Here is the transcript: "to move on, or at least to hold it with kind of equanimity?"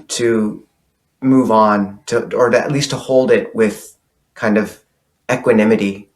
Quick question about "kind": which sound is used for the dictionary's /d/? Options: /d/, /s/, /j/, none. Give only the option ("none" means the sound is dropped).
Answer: /d/